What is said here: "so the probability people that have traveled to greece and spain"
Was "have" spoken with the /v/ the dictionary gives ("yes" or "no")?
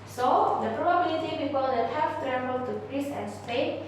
no